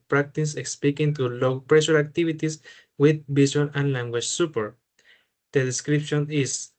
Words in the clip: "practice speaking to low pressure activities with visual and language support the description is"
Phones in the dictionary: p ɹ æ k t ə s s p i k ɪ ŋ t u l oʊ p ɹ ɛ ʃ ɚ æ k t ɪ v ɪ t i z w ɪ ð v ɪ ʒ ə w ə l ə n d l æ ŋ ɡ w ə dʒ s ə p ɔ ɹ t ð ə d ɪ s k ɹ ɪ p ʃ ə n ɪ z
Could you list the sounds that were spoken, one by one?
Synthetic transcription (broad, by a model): p ɹ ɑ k t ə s s p i k ɪ ŋ t u l oʊ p ɹ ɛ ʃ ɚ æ k t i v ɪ t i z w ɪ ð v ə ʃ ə n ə n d l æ ŋ ɡ w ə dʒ s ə p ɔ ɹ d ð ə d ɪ s k ɹ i p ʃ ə n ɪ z